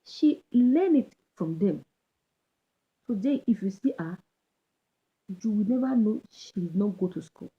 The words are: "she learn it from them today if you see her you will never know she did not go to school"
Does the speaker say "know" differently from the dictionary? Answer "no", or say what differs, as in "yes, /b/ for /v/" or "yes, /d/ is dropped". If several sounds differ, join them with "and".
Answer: no